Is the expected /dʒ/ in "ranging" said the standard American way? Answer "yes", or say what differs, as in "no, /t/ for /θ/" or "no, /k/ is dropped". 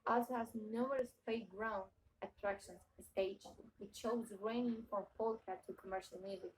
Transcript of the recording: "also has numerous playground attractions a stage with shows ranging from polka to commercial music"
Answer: no, /dʒ/ is dropped